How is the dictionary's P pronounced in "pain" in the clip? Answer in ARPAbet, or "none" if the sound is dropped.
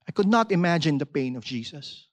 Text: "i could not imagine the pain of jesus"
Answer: P